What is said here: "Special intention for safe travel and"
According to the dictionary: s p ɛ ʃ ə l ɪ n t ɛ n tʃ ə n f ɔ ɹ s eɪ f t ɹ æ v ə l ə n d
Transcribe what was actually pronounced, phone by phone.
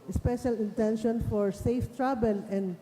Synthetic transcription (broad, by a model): s p ɛ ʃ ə l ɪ n t ɛ n ʃ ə n f ɔ ɹ s eɪ f t ɹ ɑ b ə l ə n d